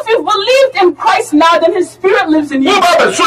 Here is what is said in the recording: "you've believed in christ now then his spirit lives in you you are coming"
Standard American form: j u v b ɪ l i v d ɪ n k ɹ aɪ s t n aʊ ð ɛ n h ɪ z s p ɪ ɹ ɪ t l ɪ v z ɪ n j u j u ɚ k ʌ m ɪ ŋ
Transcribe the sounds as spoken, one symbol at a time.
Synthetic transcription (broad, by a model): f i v b ɪ l i v d ɪ n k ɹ aɪ s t n aʊ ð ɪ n h ɪ z s p ɪ ɹ ɪ t l ɪ v z ɪ n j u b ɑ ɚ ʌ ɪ